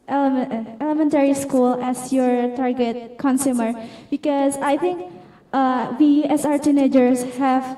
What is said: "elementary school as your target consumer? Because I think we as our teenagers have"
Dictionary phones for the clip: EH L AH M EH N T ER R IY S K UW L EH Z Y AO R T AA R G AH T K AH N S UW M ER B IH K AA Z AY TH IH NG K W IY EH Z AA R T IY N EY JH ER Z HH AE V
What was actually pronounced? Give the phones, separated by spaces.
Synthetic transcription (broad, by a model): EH L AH M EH N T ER R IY S K UW L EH S Y AO R T AA R G AH T K AH N S UW M ER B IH K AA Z AY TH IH NG K W IY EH S AA R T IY N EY JH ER S HH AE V